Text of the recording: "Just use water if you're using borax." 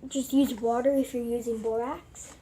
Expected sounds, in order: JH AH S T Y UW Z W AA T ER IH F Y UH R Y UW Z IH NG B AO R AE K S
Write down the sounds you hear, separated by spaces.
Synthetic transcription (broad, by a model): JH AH S T Y UW Z W AA T ER IH F Y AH R Y UW Z IH NG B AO R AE K S